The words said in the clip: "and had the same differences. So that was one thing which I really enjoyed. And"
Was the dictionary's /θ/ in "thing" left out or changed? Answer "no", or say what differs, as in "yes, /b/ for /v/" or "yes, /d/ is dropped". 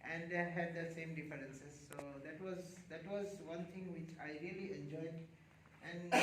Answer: yes, /t/ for /θ/